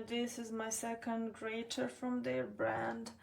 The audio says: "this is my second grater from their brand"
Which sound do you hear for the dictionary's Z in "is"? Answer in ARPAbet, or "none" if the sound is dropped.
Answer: Z